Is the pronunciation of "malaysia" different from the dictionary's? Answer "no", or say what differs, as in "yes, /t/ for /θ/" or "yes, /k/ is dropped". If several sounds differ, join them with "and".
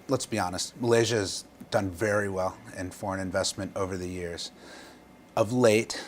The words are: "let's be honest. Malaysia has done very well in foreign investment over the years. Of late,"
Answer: no